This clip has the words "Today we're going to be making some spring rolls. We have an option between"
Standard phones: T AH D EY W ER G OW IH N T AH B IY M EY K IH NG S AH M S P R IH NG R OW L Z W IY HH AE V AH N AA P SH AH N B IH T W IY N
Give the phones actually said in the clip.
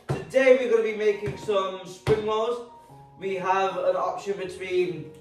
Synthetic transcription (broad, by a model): T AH D EY W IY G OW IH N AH B IY M EY K IH NG S AH M S P R IH NG L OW Z W IY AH V AH N AA P SH AH N B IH T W IY N